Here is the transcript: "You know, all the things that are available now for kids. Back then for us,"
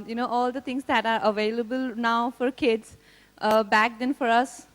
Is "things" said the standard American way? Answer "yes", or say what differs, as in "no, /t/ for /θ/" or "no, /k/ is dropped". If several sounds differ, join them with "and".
no, /t/ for /θ/